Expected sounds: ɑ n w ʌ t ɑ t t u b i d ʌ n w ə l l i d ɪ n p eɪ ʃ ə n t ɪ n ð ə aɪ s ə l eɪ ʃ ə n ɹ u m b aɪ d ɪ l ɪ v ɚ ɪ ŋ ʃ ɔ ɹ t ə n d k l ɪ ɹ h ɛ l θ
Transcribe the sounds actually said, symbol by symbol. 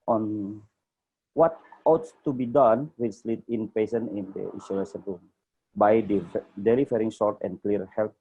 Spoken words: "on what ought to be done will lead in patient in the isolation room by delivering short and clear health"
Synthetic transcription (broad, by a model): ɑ n w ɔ t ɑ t t u b i d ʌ n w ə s l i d ɪ n p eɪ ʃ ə n ɪ n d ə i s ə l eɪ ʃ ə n ɹ u m b aɪ d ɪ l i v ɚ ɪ ŋ s ɔ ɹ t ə n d k l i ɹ h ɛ l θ